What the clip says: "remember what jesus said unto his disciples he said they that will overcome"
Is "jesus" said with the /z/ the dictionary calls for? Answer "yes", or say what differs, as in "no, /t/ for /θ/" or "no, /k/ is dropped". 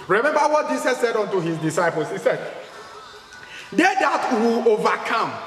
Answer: no, /s/ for /z/